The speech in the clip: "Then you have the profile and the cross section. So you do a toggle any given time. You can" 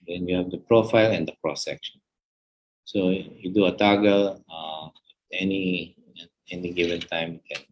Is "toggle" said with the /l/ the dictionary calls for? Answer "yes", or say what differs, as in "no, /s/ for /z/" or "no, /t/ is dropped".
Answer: no, /n/ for /l/